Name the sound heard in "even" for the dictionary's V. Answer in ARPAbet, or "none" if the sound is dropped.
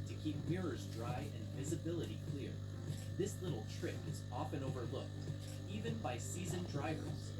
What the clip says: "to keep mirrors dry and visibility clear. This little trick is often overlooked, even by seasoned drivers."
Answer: V